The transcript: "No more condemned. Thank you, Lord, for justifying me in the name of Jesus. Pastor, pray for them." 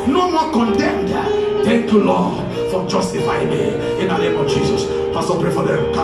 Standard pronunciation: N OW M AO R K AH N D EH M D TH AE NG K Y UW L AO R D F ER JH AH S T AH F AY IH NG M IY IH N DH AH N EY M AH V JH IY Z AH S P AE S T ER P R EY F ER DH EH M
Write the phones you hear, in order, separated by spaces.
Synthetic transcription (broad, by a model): N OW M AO K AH N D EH M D T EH K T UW L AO F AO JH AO S T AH F AY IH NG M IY IH N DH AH N EY M AH V JH IY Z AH S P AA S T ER P R EY F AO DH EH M